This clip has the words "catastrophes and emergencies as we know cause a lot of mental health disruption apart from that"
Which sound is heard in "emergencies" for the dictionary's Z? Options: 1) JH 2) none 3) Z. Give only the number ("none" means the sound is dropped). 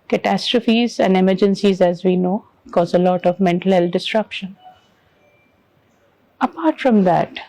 3